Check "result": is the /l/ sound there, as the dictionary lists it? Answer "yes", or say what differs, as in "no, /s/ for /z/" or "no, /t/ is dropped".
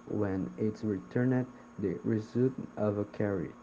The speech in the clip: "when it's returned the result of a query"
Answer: no, /l/ is dropped